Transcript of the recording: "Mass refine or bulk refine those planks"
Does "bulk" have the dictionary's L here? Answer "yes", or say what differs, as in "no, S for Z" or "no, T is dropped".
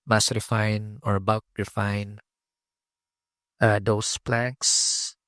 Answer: no, L is dropped